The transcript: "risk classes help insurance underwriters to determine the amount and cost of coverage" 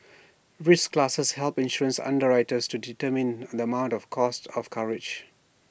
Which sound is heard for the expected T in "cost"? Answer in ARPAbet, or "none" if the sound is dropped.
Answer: T